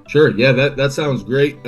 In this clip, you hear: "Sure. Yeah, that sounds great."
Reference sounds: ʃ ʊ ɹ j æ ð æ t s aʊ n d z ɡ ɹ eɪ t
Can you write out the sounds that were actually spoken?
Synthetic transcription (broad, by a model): ʃ ʊ ɹ j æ ð æ t s aʊ n d z ɡ ɹ eɪ t